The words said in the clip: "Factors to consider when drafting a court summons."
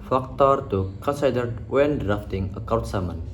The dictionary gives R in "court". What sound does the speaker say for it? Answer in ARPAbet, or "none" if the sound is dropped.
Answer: W